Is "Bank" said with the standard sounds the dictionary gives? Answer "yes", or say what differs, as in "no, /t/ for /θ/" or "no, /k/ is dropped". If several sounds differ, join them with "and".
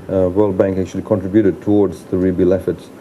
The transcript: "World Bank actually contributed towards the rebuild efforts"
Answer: yes